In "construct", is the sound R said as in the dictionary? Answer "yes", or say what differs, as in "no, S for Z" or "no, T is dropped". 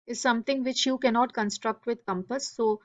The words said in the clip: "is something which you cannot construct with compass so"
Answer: yes